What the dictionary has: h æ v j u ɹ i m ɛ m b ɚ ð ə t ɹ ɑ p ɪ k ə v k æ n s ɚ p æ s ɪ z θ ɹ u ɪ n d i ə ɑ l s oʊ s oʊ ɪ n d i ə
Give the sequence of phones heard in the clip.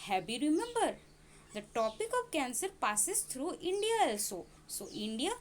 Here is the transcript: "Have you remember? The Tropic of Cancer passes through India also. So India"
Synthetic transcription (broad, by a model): h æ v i ɹ i m ɛ m b ɚ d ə t ɑ p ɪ k ə v k æ n s ɚ p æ s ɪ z t ɹ u ɪ n d i ə ɑ l s oʊ s oʊ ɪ n d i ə